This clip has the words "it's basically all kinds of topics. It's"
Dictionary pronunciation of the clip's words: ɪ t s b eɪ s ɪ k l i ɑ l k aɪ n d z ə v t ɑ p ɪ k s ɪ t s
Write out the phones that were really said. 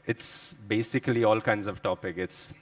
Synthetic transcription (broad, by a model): ɪ t s b eɪ s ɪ k l i ɑ l k aɪ n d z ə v t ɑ p ɪ k ɪ t s